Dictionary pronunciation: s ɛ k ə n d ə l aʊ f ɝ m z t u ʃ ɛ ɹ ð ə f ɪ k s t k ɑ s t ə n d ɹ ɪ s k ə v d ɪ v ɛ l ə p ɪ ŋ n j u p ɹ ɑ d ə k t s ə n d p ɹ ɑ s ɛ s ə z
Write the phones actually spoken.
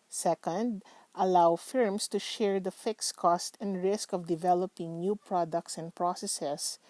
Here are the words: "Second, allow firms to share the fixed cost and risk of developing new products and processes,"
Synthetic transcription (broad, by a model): s ɛ k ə n d ə l aʊ f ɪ m s t u ʃ ɛ ɹ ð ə f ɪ k s k ɑ s t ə n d ɹ ɪ s k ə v d ɪ v ɛ l ə p ɪ ŋ n j u p ɹ ɑ d ə k t s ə n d p ɹ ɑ s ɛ s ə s